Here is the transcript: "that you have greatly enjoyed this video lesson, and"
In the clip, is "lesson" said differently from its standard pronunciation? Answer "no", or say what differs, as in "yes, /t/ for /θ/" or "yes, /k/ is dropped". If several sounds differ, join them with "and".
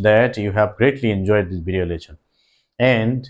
yes, /ʃ/ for /s/